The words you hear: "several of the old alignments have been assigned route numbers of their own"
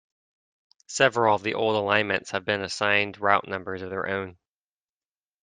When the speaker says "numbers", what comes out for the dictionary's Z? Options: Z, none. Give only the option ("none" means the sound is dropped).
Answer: Z